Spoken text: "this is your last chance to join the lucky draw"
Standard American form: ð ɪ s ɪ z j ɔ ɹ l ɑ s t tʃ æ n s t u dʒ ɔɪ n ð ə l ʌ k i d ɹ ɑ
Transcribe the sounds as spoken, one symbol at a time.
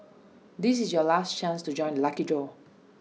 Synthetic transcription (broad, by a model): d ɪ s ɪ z j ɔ l ɑ s t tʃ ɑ n s t u dʒ ɔɪ n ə l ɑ k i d ɑ